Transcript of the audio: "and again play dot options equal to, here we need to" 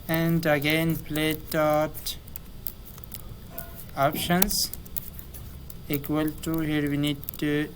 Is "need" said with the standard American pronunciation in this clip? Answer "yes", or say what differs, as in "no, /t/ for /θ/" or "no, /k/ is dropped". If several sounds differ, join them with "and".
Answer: yes